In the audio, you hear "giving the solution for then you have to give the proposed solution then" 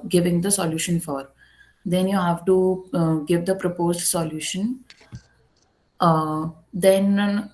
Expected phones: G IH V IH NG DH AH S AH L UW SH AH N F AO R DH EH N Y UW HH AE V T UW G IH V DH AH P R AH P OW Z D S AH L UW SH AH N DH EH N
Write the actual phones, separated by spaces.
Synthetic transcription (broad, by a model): G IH V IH NG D AH S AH L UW SH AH N F AO R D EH N Y UW HH AE V T UW G IH V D AH P R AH P OW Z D S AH L UW SH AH N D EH N